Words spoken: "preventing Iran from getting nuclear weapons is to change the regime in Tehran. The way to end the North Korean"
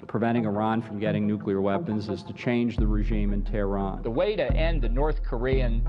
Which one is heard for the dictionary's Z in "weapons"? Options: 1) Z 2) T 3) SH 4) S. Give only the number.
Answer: 1